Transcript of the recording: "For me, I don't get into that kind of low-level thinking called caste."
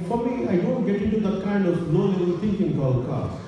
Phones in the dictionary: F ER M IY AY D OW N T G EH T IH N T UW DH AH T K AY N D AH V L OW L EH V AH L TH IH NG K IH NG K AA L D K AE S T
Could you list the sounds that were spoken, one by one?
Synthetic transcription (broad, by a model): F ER M IY AY D OW N T G EH T IH N T UW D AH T K AY N D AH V N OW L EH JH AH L T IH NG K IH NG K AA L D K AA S